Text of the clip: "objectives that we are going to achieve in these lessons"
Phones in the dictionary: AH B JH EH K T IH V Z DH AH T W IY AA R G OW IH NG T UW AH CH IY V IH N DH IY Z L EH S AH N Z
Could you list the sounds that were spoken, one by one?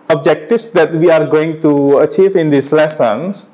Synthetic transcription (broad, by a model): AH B JH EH K T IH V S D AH T W IY AA R G OW IH NG T UW AH CH IY V IH N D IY S L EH S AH N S